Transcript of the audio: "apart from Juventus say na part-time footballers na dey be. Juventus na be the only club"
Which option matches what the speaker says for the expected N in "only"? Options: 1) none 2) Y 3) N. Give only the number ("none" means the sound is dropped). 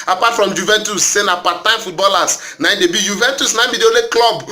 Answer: 1